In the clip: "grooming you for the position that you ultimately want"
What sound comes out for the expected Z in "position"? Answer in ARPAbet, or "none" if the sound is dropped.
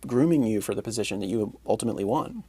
Z